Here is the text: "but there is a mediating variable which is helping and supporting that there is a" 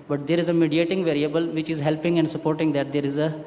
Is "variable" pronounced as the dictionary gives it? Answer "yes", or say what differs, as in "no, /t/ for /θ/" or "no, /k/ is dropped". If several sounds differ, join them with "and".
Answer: yes